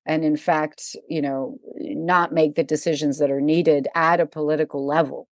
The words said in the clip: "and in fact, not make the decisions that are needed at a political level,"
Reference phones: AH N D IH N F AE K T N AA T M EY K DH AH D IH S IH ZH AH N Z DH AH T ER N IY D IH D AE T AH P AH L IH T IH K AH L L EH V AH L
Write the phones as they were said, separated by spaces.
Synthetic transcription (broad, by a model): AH N IH N F AE K T N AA T M EY K DH AH D IH S IH ZH AH N Z DH AH T ER N IY D IH D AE T AH P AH L IH T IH K L L EH V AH L